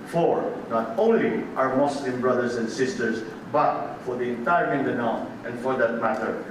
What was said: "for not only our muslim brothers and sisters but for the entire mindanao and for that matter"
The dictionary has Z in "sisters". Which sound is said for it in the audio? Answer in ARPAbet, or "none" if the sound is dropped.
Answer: S